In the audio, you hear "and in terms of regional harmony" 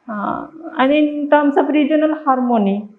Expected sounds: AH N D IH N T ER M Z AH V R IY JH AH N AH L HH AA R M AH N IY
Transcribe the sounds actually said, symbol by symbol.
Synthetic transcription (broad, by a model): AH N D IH T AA M S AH P R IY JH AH N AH L HH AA R M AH N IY